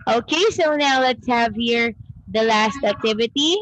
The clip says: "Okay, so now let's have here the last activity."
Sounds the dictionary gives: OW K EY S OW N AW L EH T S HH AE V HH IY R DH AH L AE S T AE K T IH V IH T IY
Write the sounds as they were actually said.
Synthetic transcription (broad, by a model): OW K EY S OW N AW L EH T S HH AE V HH IY R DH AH L AE S T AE K T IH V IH T IY